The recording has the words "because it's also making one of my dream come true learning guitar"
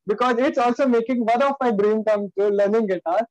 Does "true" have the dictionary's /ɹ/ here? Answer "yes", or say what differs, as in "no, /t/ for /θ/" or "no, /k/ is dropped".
no, /ɹ/ is dropped